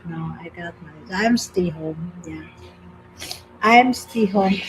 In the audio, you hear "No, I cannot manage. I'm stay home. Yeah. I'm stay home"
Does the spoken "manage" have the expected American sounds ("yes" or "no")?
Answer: no